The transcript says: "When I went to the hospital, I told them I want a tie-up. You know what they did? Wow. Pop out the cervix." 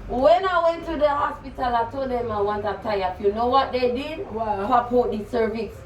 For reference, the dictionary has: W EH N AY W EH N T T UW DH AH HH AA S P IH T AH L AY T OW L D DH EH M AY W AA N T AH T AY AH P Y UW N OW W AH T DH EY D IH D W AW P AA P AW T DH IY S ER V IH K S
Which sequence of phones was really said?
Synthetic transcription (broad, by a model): W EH N AY W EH N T T UW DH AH HH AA S P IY T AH L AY T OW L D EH M AY W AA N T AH T AY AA F Y UW N OW W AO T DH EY D IH D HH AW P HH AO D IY S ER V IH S